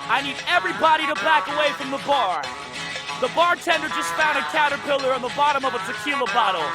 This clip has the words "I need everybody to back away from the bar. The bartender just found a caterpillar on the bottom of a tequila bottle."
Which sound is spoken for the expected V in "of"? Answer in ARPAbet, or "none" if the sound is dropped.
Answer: B